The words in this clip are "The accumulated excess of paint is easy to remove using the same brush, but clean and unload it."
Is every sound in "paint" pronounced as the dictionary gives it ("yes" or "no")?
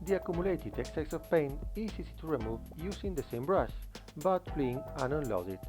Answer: no